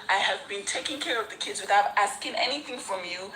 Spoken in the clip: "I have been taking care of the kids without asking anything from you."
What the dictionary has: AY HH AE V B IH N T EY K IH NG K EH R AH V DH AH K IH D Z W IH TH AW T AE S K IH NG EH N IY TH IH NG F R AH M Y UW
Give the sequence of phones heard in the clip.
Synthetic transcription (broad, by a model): AY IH V B IH N T EY K IH NG K EH R AH V DH AH K IH D Z W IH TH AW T AE S K IH NG EH N IY TH IH NG F R AH M Y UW